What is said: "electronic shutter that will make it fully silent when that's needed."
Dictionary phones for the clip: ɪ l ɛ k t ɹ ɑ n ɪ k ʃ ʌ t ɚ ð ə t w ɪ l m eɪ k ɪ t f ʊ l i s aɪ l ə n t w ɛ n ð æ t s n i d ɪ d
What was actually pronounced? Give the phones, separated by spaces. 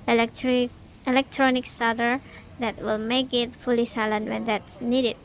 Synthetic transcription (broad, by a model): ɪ l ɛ k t ɹ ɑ n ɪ k s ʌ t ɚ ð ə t w ɪ l m eɪ k ɪ t f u l i s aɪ l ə n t w ɛ n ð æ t s n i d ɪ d